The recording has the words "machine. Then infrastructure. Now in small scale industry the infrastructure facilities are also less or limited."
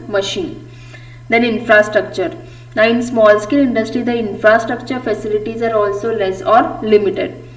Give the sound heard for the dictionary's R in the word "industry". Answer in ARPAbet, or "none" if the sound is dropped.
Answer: R